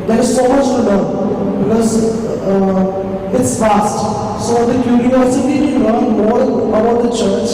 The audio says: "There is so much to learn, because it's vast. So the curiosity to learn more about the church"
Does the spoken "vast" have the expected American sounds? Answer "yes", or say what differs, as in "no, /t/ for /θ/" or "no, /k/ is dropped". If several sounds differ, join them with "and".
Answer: no, /f/ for /v/